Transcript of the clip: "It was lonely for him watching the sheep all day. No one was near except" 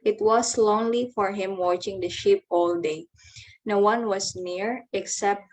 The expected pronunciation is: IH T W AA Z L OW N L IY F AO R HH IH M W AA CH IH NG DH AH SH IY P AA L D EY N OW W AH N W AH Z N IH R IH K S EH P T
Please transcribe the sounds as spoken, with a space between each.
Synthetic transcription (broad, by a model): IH T W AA S L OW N L IY F AO R HH IH M W AA CH IH NG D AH SH IY P AA L D EY N OW W AH N W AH S N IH R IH K S EH P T